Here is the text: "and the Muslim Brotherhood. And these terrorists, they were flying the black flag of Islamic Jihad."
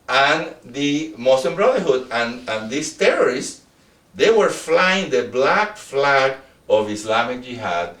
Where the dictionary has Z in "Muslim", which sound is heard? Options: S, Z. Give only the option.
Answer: S